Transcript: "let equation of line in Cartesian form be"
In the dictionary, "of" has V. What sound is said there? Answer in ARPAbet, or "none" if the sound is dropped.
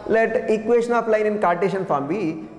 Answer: P